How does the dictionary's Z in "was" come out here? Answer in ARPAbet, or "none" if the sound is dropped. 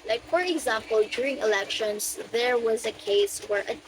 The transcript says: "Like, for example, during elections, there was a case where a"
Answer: Z